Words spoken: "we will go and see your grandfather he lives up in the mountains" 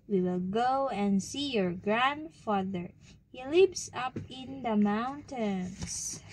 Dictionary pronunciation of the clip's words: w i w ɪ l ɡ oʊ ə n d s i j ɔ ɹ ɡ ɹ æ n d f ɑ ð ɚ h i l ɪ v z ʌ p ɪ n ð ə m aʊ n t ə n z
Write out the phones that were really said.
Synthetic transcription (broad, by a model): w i w ɪ l ɡ oʊ ə n d s i j ɔ ɹ ɡ ɹ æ n d f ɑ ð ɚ h i l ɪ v s ʌ p ɪ n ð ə m aʊ n t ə n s